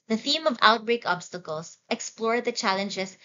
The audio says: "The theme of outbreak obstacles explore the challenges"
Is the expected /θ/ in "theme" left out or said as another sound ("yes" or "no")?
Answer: no